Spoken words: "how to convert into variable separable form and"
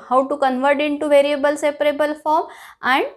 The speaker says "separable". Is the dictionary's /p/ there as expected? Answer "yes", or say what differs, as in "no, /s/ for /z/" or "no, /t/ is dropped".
yes